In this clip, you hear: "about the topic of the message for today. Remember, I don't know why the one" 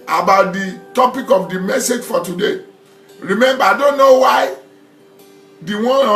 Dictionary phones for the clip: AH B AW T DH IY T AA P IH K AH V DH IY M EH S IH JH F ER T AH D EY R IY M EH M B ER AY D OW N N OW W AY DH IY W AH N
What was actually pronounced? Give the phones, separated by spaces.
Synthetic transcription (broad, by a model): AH B AW T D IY T AA P IH K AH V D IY M EH S IH JH F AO T AH D EY R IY M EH M B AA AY D OW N N OW W AY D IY W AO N